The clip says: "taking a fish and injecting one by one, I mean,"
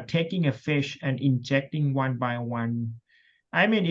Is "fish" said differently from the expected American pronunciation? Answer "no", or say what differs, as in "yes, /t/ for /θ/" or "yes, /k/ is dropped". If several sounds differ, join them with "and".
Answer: no